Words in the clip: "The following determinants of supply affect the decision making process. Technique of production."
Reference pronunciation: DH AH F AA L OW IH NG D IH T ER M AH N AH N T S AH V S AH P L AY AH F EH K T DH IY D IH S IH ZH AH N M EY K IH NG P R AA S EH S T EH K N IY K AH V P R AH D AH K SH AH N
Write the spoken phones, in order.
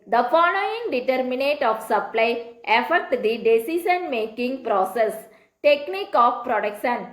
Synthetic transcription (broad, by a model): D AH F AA N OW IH NG D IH T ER M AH N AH T AH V S AH P L AY AH F EH K T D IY D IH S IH S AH N M EY K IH NG P R AA S EH S T EH K N IY K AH F P R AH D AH K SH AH N